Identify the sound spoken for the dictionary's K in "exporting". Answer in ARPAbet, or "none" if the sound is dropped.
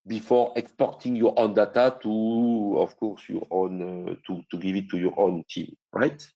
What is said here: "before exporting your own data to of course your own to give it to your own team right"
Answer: K